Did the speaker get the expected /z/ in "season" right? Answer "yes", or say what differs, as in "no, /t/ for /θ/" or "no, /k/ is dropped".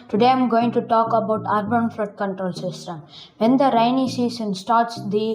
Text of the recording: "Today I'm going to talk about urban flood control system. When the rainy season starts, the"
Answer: no, /s/ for /z/